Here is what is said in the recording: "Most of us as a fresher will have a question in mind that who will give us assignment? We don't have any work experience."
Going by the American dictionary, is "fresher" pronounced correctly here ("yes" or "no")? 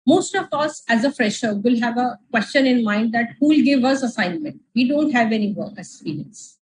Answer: yes